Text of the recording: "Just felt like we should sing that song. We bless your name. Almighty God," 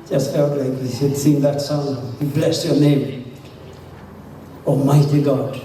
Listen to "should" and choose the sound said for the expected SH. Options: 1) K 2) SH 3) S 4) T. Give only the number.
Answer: 3